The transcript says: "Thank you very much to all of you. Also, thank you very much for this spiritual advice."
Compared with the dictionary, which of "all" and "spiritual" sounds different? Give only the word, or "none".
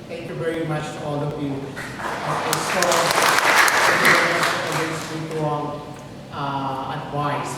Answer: spiritual